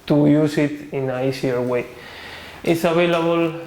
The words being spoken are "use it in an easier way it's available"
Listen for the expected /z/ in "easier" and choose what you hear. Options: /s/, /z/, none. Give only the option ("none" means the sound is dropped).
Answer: /s/